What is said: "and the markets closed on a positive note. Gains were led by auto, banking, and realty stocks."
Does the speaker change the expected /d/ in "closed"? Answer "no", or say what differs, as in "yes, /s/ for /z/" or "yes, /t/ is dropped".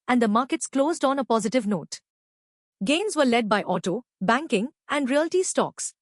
no